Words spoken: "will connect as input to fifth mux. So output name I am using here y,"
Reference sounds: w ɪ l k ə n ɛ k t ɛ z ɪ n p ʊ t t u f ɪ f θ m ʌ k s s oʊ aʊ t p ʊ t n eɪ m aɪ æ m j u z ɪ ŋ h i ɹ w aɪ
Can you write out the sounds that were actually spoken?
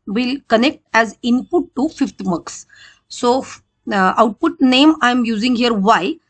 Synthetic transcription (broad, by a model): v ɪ l k ə n ɛ k t ɛ z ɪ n p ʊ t t u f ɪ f t m ʌ k s s oʊ aʊ t p ʊ t n eɪ m aɪ m j u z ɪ ŋ h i ɹ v aɪ